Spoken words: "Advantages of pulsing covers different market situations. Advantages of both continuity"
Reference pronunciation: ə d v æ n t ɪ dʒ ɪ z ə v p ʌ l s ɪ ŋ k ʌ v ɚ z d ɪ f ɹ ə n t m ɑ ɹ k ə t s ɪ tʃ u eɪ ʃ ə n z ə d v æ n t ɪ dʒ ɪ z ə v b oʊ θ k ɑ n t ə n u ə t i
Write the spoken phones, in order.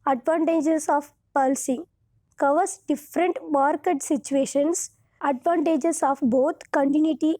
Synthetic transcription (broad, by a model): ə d v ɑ n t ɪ dʒ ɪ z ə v p ʌ l s ɪ ŋ k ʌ v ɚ s d ɪ f ɹ ə n t m ɑ ɹ k ə t s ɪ tʃ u eɪ ʃ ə n s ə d v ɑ n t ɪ dʒ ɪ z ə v b oʊ t k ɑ n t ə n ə t i